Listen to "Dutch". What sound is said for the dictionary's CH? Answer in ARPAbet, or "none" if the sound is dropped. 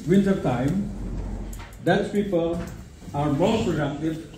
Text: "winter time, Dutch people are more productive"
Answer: S